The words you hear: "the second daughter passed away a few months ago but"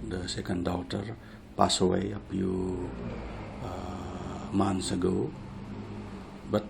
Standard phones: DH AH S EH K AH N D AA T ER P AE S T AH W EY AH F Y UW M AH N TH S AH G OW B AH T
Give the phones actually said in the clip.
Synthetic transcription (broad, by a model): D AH S EH K AH N D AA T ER P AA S AH W EY AH P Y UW M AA N S AH G OW B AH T